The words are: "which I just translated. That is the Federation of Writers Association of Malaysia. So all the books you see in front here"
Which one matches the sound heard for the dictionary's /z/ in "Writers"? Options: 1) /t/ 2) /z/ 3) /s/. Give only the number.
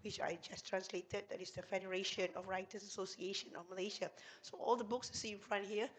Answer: 3